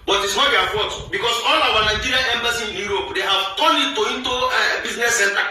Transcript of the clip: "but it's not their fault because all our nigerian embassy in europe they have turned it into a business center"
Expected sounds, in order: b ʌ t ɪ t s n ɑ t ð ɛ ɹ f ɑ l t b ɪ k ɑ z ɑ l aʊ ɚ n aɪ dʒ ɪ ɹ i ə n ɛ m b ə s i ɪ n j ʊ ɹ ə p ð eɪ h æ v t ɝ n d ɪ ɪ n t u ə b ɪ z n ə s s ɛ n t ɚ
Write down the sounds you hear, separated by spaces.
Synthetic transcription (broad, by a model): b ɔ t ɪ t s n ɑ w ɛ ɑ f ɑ t b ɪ k ɑ s ɑ l aʊ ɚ n aɪ dʒ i ɹ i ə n ɛ m b ə s i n j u ɹ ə p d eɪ h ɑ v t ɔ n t ɪ ɪ n t u ə b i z n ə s s ɛ n t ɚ